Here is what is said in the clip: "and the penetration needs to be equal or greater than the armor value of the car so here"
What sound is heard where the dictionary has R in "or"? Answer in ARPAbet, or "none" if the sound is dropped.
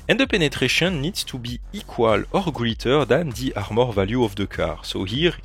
R